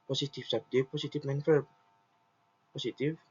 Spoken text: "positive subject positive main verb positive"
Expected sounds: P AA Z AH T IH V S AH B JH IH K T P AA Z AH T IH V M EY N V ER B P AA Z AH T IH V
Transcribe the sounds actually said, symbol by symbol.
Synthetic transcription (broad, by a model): P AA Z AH T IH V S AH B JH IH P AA S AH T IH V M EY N F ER P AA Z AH T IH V